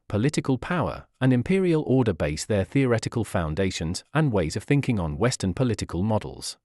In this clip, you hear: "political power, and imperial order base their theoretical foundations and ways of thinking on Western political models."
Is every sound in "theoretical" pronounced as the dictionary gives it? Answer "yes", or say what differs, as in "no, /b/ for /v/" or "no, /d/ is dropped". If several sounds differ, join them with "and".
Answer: yes